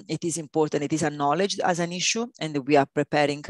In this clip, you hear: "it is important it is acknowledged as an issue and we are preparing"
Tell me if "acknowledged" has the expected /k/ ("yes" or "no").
no